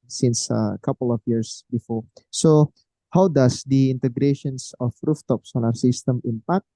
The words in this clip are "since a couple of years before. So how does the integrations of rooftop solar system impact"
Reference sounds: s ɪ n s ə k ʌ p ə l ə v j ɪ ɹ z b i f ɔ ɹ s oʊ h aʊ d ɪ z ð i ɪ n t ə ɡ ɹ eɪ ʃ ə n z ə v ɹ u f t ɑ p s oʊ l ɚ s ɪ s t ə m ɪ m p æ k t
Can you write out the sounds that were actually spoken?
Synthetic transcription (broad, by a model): s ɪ n s ə k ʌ p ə l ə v j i ɹ s b i f ɔ ɹ s oʊ h aʊ d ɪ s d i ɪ n t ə ɡ ɹ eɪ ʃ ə n s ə f ɹ u f t ɑ p s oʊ n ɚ s ɪ s t ə m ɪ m p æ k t